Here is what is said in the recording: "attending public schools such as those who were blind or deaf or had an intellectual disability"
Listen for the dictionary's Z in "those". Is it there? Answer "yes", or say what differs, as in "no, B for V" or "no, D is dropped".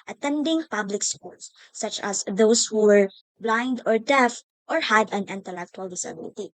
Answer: no, S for Z